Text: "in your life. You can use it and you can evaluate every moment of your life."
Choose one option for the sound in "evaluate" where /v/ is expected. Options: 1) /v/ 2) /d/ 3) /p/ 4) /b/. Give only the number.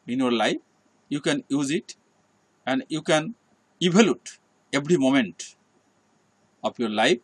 4